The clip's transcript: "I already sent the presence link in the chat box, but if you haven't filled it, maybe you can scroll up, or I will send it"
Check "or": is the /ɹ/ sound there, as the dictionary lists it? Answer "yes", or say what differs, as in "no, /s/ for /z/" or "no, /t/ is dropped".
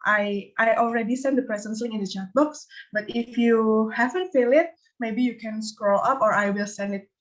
yes